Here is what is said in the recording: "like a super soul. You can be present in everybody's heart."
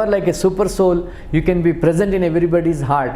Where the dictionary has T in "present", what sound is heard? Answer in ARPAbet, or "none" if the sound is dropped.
T